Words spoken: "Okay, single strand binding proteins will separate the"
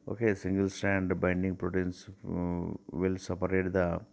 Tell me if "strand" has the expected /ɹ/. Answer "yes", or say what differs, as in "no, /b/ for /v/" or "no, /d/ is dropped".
no, /ɹ/ is dropped